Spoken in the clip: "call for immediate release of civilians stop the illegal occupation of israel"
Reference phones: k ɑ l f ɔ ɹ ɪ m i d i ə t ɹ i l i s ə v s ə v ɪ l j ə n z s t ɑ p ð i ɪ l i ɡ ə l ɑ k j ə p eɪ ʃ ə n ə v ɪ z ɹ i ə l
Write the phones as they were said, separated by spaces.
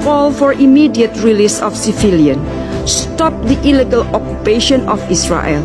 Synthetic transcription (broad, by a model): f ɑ l f ɔ ɹ ɪ m i d i ə t ɹ i l i s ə f s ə f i l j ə n s t ɑ p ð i ɪ l i ɡ ə l ɑ k j ə p eɪ ʃ ə n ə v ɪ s ɹ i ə l